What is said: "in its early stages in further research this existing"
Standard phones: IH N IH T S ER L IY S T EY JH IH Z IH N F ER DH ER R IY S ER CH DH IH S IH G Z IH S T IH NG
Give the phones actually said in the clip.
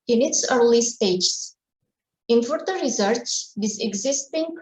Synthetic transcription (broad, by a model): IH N IH T S ER L IY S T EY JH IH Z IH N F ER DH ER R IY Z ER S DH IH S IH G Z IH S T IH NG